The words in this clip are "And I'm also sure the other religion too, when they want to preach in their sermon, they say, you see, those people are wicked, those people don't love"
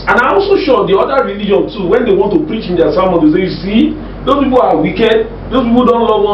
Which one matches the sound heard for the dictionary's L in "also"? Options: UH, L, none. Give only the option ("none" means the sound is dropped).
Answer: none